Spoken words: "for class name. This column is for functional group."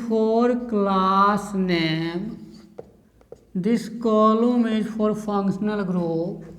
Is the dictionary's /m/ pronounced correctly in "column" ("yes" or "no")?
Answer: yes